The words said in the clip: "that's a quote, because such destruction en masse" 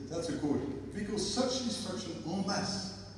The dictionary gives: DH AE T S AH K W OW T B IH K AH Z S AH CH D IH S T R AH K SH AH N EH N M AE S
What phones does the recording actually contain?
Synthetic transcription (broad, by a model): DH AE T S AH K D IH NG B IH K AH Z S AH CH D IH S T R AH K SH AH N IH L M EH S